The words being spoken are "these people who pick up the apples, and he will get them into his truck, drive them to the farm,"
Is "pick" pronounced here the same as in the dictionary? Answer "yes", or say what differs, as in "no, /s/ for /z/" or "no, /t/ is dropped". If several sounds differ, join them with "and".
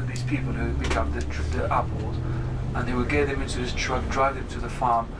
no, /b/ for /p/